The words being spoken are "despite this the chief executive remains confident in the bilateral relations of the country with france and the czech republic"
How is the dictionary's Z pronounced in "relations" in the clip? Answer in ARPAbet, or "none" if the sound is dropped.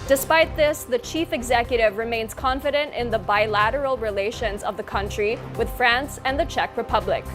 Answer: Z